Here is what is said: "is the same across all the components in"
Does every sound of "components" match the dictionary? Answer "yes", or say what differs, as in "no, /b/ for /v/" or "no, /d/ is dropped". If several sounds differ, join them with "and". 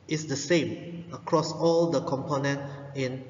no, /s/ is dropped